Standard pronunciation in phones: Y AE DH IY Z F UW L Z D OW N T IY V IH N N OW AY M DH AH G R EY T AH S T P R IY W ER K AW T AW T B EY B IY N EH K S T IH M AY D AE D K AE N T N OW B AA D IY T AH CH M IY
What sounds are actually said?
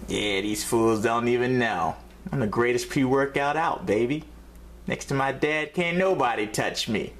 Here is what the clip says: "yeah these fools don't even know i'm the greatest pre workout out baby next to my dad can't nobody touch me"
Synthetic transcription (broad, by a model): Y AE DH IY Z F UW L Z D OW N T IY V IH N N OW AY M DH AH G R EY T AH S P IY W ER K AW T AW T B EY B IY N EH K S T IH M AY D AE D K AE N N OW B AA D IY T AH CH M IY